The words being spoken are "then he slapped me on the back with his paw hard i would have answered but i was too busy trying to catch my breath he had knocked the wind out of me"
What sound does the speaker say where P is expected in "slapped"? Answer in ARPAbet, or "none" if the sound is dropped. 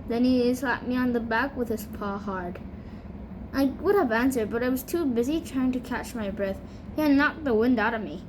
none